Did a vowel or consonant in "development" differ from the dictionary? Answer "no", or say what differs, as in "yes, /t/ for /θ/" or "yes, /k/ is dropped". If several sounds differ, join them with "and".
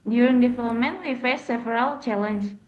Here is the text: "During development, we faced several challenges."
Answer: yes, /f/ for /v/ and /l/ is dropped